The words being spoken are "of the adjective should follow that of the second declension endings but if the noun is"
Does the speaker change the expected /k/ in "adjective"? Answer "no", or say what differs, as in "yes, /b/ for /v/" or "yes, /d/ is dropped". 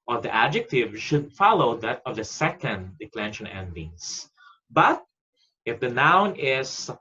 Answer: no